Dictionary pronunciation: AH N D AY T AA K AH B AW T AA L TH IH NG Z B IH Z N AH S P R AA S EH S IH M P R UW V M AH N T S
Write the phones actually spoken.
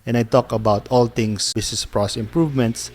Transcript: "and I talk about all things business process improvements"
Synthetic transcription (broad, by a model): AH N AY T AA K AH B AW T AA L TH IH NG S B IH S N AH S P R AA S S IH M P R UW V M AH N T S